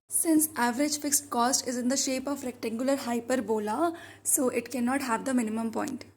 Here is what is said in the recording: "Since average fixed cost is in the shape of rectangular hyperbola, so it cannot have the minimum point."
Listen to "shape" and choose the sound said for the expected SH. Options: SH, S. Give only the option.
SH